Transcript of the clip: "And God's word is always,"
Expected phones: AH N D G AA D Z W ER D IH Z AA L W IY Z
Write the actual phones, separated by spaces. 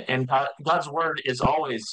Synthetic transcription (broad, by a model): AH N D G AA D Z W ER D IH Z AA L W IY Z